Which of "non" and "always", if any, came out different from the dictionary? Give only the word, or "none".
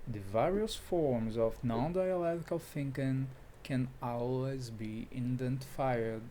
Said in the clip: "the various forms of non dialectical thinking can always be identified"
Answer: none